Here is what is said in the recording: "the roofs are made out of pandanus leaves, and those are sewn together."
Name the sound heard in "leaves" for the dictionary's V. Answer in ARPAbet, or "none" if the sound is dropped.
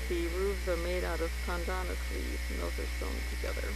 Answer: none